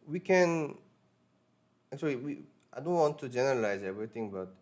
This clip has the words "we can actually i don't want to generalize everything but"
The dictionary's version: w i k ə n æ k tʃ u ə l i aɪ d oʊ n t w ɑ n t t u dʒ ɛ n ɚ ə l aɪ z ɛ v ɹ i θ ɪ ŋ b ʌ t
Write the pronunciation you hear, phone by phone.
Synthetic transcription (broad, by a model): w i k ə n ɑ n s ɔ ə w i aɪ d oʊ n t w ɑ n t t u dʒ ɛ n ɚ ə l aɪ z ɛ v ɹ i t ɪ ŋ b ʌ t